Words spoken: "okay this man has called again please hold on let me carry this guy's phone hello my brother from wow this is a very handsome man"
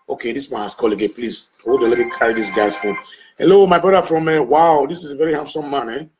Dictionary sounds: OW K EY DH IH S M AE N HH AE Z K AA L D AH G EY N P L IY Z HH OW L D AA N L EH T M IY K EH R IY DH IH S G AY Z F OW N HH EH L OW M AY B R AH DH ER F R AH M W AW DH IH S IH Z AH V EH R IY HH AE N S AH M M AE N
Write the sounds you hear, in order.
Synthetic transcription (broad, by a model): OW K EY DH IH S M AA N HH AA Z K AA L AH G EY P L IY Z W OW D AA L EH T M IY K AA R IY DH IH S G AY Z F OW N HH EH L OW M AY B R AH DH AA F R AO M W AW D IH S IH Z AH V EH R IY HH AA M S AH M M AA N